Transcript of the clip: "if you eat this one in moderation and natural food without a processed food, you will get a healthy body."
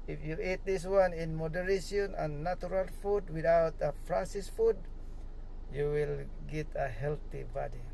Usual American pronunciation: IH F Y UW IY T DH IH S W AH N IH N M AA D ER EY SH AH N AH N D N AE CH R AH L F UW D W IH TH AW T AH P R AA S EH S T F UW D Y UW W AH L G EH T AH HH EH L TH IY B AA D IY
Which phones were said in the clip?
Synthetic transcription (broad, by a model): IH F Y UW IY T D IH S W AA N IH N M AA D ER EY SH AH N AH N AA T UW R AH L F UW D W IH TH AW T AH F R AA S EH S F UW D Y UW W AH L G EH T AH HH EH L T IY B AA D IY